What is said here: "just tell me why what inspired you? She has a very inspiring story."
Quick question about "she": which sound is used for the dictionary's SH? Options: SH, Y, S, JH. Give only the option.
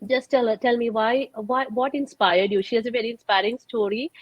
SH